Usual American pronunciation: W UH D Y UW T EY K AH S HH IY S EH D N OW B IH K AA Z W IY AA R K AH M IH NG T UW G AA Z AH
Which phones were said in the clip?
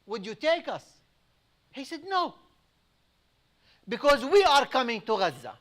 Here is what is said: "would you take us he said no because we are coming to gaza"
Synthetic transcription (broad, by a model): W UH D Y UW T EY K AH S HH IY S EH D N OW B IH K AA Z W IY AA R K AH M IH NG T UW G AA Z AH